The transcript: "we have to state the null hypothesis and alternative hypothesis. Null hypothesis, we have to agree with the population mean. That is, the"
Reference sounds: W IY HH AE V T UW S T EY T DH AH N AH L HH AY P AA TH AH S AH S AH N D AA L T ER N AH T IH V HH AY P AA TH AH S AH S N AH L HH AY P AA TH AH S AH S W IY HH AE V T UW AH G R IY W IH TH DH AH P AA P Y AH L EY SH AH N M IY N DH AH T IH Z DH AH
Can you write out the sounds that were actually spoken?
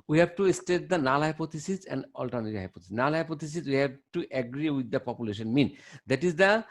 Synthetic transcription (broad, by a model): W IY HH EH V T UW S T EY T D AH N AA L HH AY P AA T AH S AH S AH N D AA L T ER N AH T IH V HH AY P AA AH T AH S N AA L HH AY P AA T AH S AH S W IY HH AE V T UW AH G R IY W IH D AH P AA P Y AH L EY SH AH N M IY N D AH T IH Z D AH